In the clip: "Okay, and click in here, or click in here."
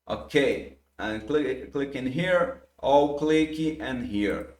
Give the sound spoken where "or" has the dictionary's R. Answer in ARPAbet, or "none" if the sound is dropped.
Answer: L